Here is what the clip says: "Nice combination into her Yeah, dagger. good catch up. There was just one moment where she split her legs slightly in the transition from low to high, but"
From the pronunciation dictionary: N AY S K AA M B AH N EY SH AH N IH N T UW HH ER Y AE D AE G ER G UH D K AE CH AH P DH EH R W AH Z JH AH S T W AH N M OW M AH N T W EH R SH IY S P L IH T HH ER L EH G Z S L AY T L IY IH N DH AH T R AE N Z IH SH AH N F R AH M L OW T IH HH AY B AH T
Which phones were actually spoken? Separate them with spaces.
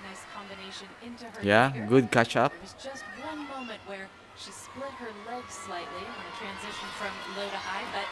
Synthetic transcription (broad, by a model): N AY S K AA M B AH N EY SH AH N IH N T UW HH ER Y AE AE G G UH D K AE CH AH P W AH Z JH AH S T W AH N M OW M AH N T W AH R SH IY S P L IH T HH ER L EH G Z S L AY T L IY IH N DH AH T R AE N Z IH SH AH N F R AH M L OW T IH HH AY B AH T